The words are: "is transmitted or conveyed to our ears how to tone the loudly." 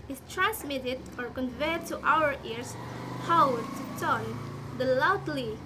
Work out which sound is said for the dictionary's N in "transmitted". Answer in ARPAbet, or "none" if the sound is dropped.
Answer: N